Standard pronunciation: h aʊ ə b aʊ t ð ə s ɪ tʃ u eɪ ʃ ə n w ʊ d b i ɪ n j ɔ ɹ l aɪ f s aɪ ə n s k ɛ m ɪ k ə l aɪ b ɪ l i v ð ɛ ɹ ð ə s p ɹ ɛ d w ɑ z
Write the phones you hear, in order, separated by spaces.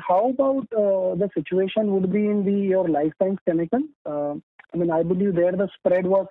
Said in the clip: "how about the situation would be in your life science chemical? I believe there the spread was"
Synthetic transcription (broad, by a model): h aʊ ə b aʊ t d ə s ɪ tʃ u eɪ ʃ ə n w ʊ d b i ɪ n j ɔ ɹ l aɪ f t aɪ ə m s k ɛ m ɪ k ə n aɪ b ɪ l i v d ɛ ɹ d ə s p ɹ ɛ d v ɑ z